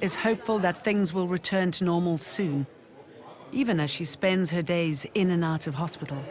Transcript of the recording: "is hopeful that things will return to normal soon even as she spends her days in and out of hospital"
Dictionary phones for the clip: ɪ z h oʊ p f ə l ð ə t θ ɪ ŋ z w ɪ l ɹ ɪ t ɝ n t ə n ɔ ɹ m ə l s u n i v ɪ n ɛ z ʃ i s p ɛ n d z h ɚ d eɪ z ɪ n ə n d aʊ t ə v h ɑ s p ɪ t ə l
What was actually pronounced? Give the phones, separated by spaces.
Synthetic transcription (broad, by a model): ɪ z h oʊ p f ə l ð ə t θ ɪ ŋ z w ɪ l ɹ ɪ t ɝ n t ə n ɔ ɹ m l s u n i v ɪ n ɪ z ʃ i s p ɛ n d z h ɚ d eɪ z ɪ n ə n aʊ t ə v h ɑ s p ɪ t l